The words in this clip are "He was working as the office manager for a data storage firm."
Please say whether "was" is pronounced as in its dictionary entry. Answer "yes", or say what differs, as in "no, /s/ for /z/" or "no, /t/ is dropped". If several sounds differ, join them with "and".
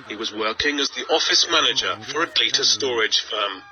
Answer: yes